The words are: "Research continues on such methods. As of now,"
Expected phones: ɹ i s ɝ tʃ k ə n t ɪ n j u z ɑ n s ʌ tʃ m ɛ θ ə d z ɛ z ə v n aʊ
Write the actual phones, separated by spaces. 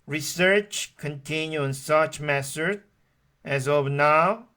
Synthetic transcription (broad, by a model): ɹ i s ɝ tʃ k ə n t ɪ n j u ɑ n s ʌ tʃ m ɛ s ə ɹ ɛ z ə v n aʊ